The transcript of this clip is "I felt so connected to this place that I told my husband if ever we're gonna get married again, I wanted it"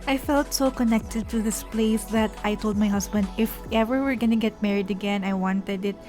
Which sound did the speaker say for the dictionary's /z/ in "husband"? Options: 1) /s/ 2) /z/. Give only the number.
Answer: 1